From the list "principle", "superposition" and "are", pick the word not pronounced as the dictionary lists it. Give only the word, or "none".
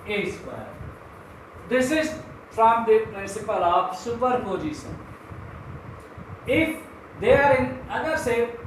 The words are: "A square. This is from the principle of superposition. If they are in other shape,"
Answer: superposition